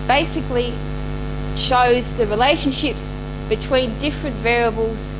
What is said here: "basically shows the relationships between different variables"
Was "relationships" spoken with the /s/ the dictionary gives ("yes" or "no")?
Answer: yes